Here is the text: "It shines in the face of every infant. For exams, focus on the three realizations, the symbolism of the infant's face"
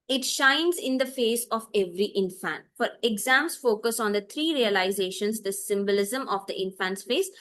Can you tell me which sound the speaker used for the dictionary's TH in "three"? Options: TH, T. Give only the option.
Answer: T